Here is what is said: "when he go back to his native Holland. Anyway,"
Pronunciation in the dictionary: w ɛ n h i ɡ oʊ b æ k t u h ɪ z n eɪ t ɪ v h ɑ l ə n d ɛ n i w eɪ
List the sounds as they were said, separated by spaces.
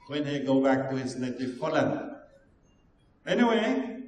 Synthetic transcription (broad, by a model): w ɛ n h i ɡ oʊ b æ k t u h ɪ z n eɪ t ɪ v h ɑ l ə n ɛ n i w eɪ